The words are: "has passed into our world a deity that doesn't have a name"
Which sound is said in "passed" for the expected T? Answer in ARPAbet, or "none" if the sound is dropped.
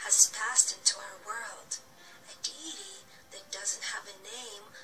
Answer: T